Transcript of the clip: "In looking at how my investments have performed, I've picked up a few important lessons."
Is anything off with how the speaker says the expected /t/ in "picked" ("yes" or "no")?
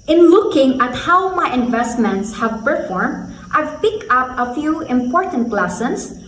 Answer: yes